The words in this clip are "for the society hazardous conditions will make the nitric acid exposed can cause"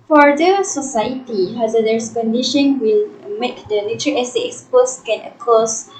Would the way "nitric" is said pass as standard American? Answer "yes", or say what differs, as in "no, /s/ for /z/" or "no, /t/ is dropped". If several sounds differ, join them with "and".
no, /k/ is dropped